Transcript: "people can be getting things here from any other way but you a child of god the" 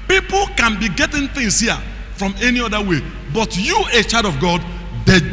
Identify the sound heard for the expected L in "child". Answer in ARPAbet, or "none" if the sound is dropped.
none